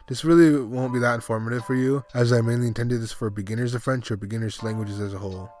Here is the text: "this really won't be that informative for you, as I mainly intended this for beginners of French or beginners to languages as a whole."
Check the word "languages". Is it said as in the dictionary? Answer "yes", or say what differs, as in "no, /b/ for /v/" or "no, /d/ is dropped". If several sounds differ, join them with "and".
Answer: yes